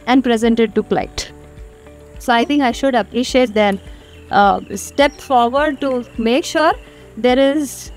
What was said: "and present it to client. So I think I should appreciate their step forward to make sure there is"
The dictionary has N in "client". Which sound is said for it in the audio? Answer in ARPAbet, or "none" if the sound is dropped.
none